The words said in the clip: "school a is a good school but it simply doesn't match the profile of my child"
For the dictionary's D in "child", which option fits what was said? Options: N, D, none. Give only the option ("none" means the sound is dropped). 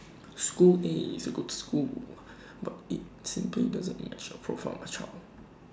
none